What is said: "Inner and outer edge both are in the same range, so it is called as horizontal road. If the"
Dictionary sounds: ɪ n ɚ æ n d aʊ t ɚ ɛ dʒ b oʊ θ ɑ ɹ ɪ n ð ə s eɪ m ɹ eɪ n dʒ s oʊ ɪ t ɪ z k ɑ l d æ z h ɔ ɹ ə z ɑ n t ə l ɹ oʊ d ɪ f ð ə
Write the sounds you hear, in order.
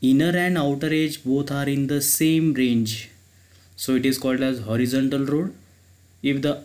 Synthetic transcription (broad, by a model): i n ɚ æ n d aʊ t ɚ ɛ dʒ b oʊ t ɑ ɹ ɪ n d ə s eɪ m ɹ eɪ n dʒ s oʊ ɪ t ɪ z k ɑ l d æ z h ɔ ɹ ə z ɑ n t ə l ɹ oʊ d ɪ f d ə